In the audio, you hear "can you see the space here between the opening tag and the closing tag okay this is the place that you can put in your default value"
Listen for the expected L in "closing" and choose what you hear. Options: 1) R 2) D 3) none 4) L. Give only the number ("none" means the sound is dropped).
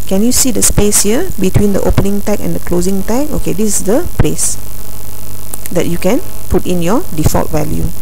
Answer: 4